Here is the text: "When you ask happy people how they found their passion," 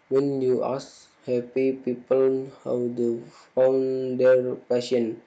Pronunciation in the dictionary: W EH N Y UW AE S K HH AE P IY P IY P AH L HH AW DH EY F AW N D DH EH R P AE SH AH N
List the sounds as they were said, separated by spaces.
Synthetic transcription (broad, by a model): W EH N Y UW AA S HH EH P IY P IY P AH L HH AW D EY F AW N D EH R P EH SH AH N